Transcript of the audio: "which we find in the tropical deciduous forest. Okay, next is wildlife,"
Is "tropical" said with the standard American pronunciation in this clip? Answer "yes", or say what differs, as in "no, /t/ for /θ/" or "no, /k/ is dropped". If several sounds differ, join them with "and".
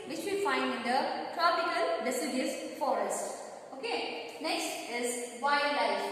yes